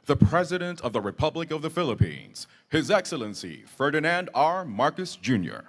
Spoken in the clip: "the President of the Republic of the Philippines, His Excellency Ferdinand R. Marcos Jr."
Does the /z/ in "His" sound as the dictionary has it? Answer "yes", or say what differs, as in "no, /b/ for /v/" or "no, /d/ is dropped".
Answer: yes